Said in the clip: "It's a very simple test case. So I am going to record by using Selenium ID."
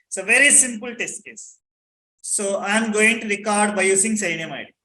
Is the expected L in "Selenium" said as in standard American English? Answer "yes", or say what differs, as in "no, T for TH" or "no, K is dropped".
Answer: no, L is dropped